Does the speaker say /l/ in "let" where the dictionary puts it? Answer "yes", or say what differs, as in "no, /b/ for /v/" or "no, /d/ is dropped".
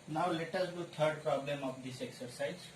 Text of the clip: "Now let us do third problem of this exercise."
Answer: yes